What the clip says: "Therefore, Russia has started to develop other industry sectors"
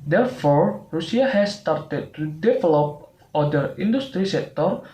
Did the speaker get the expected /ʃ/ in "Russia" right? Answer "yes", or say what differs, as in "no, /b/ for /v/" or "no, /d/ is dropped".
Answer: no, /s/ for /ʃ/